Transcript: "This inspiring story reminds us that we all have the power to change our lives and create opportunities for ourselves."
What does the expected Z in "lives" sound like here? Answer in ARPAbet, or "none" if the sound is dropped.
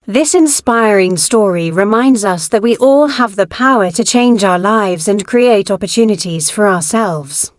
Z